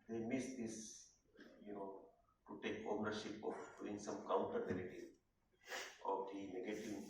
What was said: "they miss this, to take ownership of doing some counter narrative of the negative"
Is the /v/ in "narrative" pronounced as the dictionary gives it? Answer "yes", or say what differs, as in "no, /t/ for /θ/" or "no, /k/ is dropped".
no, /v/ is dropped